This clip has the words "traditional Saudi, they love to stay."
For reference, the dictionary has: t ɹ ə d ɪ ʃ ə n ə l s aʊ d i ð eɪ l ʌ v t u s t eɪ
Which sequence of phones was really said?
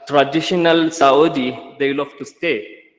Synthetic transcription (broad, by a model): t ɹ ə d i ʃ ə n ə l s aʊ d i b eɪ l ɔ f t u s t eɪ